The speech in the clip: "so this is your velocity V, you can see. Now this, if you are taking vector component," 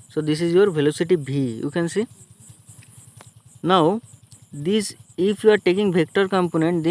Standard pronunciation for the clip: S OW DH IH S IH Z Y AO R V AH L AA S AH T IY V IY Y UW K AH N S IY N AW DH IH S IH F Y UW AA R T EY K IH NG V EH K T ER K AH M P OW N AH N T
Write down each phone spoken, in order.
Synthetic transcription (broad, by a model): S OW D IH S IH Z Y AO R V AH L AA S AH T IY B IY Y UW K AH N S IY N AW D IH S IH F Y UW AA R T EY K IH NG B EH K T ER K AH M P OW N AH N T